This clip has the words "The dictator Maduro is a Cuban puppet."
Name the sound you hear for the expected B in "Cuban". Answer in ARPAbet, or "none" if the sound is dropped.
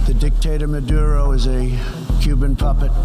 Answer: B